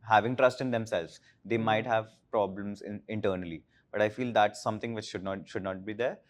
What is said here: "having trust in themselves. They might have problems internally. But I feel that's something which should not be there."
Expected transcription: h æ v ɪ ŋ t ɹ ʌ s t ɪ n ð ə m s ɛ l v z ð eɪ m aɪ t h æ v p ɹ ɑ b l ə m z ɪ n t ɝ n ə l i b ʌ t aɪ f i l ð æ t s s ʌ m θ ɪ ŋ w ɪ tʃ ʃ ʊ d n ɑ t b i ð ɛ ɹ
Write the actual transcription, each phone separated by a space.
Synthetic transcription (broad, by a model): h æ v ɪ ŋ t ɹ ʌ s t ɪ n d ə m s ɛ l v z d eɪ m aɪ t h æ v p ɹ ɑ b l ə m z ɪ n t ɝ n ə l i b ʌ t aɪ f i l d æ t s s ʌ m t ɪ ŋ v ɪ tʃ ʃ ʊ d n ɑ t b i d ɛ ɹ